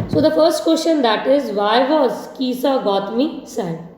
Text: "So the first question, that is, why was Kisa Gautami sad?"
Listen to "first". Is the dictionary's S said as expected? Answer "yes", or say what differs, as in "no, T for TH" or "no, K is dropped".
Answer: yes